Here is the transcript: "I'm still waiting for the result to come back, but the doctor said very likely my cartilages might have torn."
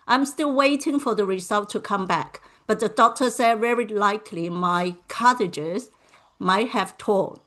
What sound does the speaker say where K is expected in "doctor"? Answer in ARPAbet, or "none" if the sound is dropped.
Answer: K